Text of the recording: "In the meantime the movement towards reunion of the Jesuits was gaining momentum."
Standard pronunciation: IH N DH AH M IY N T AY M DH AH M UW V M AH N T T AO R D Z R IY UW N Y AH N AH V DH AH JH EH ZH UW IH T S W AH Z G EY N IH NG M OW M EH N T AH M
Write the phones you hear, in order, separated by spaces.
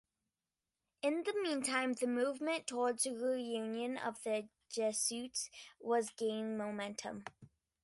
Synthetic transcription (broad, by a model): IH N DH AH M IY N T AY M DH AH M UW V M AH N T T AO R D Z R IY UW N Y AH N AH V DH AH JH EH S UW T S W AH Z G EY IH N M OW M EH N T AH M